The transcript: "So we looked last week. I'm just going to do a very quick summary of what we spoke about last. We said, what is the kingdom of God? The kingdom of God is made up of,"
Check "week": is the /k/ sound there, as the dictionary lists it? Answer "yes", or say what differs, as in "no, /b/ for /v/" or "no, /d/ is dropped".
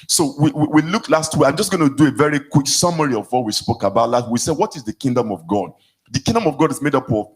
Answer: no, /k/ is dropped